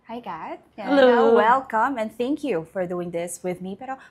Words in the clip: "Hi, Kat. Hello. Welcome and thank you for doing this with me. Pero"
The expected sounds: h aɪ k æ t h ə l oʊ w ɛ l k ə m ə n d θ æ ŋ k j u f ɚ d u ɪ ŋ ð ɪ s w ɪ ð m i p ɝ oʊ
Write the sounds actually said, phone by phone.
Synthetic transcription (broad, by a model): h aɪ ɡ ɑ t h ə l oʊ w ɛ l k ə m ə n θ æ ŋ k j u f ɚ d u ɪ ŋ ð ɪ s w ɪ ð m i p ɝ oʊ